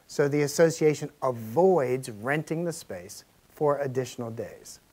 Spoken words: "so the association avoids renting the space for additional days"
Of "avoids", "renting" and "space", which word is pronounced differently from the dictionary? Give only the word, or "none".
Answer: none